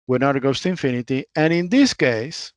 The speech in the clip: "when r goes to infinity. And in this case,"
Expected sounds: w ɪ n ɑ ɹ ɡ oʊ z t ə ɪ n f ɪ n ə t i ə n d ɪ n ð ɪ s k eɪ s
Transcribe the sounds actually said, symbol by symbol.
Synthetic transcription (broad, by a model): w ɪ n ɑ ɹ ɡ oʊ s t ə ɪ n f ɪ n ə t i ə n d ɪ n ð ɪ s k eɪ s